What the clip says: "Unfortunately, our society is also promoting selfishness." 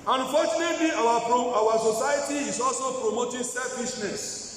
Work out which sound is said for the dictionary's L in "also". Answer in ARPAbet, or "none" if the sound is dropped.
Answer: L